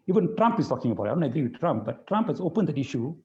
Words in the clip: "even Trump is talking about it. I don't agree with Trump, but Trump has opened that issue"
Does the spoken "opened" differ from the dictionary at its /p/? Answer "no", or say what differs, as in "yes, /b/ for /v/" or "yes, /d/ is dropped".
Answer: no